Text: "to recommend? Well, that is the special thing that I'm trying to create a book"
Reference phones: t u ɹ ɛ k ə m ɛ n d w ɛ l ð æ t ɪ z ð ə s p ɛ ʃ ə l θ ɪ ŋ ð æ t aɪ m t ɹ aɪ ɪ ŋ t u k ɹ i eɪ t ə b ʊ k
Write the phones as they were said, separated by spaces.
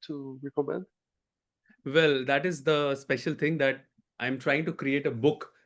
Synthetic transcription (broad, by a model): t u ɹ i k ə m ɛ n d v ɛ l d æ t ɪ z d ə s p ɛ ʃ ə l t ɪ ŋ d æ t aɪ m t ɹ aɪ ɪ ŋ t u k ɹ i eɪ t ə b ʊ k